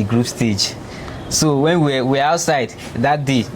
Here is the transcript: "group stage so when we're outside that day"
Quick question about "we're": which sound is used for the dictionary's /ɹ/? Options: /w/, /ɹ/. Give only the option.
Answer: /w/